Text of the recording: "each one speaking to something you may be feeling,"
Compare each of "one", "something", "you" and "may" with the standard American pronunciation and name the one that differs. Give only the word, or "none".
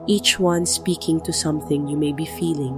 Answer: none